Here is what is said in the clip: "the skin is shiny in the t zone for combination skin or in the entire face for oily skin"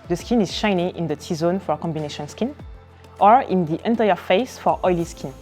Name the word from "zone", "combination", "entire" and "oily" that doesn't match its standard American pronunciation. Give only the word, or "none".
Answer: none